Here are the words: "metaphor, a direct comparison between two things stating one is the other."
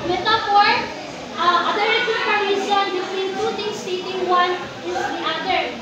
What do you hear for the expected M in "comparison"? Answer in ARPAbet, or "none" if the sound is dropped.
none